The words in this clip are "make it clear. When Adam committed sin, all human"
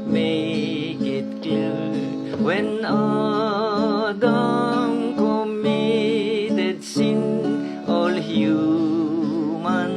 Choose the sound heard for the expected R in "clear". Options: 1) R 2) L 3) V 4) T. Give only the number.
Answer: 2